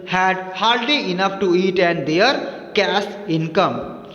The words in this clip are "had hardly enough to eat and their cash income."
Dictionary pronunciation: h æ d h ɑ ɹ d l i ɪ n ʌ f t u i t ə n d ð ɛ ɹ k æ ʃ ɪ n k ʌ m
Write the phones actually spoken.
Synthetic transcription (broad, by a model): h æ d h ɑ ɹ d l i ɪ n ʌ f t u i t ə n d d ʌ ɹ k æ s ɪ n k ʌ m